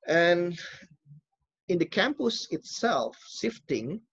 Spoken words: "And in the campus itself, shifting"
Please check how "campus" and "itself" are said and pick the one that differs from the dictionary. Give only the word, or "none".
none